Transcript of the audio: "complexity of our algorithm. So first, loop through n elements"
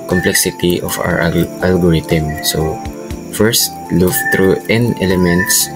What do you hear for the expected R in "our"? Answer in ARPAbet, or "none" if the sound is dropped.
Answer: W